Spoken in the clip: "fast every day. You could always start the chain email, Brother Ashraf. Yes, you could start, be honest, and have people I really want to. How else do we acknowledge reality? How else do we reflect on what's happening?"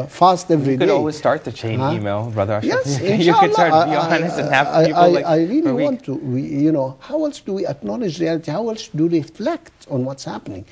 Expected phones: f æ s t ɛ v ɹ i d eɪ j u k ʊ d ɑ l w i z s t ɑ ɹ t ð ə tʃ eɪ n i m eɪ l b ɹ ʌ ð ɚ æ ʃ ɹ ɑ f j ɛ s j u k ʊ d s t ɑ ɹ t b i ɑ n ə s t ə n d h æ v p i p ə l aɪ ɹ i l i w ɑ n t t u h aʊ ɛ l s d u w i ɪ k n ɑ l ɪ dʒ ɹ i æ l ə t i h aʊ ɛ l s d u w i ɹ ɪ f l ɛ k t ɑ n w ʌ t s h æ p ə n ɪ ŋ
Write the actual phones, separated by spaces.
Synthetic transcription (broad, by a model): f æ s t ɛ v ɹ i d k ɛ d ɑ l w i z s t ɑ ɹ t ð ə tʃ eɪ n i m eɪ l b ɹ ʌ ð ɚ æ ɹ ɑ j ɛ s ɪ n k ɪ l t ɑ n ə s ə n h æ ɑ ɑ ə aɪ ɹ i l i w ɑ n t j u h aʊ ɛ l s d u w i ɪ k n ɑ l ɪ dʒ ɹ i æ l ə t i h aʊ ɛ l s d u ɹ ɪ f l ɛ k t ɑ n w ʌ t s h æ p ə n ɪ ŋ